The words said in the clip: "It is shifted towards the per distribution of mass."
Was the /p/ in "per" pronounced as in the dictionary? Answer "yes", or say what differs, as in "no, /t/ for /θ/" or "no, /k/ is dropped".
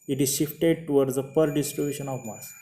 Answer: yes